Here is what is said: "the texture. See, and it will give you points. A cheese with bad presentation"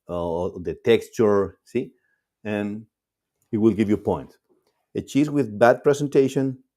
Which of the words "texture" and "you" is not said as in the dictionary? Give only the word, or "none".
none